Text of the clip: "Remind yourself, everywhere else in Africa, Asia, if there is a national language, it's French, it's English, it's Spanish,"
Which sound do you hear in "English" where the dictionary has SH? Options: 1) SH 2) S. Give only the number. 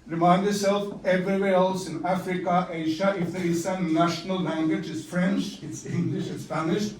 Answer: 1